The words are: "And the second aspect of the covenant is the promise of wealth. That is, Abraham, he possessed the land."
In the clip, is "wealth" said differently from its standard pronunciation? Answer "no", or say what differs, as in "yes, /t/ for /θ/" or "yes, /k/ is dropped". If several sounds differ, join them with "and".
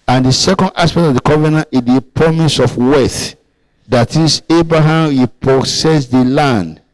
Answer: yes, /l/ is dropped